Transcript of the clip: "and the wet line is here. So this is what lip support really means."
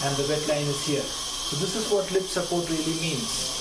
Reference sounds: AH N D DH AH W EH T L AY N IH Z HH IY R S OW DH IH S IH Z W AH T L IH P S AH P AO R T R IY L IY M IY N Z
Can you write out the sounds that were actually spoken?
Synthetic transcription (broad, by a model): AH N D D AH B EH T L AY N IH Z HH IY R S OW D IH S IH Z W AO T L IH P S AH P AO R T R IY L IY M IY N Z